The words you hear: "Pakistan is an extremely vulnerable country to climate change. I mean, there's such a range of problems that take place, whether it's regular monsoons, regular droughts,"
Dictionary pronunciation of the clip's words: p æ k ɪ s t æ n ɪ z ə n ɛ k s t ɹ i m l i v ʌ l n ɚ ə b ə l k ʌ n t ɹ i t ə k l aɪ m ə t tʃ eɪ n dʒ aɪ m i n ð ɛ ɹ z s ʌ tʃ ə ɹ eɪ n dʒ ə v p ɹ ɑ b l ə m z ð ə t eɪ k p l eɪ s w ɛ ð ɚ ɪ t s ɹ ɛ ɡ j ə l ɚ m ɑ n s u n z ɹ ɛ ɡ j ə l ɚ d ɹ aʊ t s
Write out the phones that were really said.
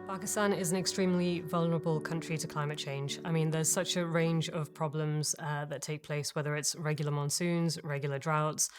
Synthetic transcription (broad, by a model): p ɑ k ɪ s t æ n ɪ z ə n ɛ k s t ɹ i m l i v ʌ l n ɚ ə b ə l k ʌ n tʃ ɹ i t ə k l aɪ m ə t tʃ eɪ n dʒ aɪ m i n ð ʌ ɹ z s ʌ tʃ ə ɹ eɪ n dʒ ə v p ɹ ɑ b l ə m z ð ə t eɪ k p l eɪ s w ɛ ð ɚ ɪ t s ɹ ɛ ɡ j l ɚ m ɑ n s u n z ɹ ɛ ɡ j l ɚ d ɹ aʊ t s